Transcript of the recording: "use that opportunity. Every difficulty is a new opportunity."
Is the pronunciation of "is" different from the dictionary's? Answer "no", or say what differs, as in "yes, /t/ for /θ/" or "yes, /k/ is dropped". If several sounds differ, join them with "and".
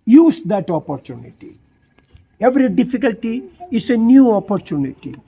yes, /s/ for /z/